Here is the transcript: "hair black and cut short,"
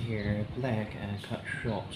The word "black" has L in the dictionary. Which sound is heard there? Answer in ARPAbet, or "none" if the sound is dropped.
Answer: L